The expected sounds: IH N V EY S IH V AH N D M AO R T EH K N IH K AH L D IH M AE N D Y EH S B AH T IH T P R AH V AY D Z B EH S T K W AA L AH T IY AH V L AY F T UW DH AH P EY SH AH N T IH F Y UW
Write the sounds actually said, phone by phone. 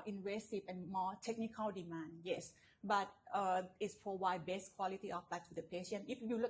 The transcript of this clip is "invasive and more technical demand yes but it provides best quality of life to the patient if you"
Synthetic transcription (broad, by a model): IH N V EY S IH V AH N M AO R T EH K N IH K AH L D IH M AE N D Y EH S B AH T IH T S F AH W AY B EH S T K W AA L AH T IY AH F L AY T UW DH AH P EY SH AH N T IH F Y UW